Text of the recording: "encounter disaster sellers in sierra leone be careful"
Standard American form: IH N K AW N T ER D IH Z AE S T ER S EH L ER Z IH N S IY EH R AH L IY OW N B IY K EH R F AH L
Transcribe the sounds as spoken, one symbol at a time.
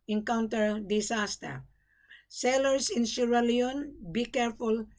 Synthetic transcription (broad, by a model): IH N K AW N T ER D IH S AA S T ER S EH L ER S IH N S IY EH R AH L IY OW N B IY K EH R F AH L